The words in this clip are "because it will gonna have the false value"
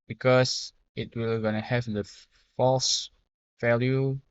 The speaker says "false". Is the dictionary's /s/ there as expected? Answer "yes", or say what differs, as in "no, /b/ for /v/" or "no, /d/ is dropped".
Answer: yes